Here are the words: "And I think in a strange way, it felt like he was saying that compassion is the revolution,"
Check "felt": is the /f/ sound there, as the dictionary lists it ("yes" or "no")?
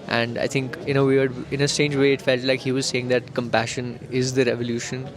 yes